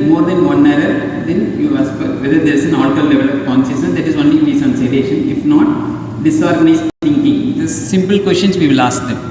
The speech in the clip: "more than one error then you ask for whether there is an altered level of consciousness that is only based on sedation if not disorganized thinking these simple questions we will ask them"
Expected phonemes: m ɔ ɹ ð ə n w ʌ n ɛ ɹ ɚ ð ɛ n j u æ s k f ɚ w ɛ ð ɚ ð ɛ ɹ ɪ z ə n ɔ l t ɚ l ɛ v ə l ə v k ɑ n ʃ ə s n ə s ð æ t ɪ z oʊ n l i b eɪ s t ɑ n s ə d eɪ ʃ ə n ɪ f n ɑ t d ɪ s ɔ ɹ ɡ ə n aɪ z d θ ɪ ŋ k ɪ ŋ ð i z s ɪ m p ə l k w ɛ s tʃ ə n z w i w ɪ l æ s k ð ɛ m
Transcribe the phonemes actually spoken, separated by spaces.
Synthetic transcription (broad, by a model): m ɔ ɹ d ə n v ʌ n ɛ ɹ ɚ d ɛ n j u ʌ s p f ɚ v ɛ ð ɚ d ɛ ɹ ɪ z ə n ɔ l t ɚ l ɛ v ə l ə v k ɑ n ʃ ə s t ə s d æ t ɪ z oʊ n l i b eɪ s ɑ n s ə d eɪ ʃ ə n ɪ f n ɑ t d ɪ s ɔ ɹ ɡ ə n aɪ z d t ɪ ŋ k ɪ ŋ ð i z s ɪ m p ə l k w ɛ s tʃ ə n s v i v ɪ l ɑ s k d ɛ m